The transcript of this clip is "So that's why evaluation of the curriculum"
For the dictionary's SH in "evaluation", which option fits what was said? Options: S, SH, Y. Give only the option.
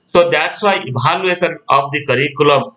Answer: S